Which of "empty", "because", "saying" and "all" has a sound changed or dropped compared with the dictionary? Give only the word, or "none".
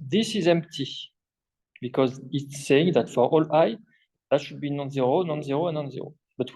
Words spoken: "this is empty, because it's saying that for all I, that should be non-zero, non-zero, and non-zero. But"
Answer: none